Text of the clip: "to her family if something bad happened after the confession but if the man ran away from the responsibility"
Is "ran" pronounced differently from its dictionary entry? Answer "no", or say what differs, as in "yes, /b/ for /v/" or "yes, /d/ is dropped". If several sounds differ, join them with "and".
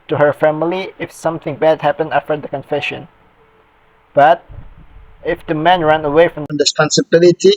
no